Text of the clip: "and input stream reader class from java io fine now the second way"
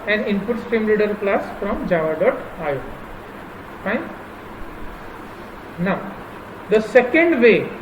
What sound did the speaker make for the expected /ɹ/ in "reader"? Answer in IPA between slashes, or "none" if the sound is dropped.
/l/